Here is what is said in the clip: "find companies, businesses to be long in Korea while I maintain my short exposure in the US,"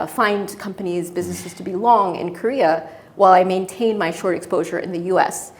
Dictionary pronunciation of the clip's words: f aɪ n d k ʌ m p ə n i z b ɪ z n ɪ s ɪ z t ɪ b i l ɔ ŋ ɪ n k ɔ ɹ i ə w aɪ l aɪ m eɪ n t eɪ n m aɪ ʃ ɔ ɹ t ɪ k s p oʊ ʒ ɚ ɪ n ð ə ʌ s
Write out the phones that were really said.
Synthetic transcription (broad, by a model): f aɪ n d k ʌ m p ə n i z b ɪ z n ɪ s ɪ z t ɪ b i l ɔ ŋ ɪ n k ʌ ɹ i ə w aɪ l aɪ m eɪ n t eɪ n m aɪ ʃ ɔ ɹ t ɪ k s p oʊ ʒ ɚ ɪ n ð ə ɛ s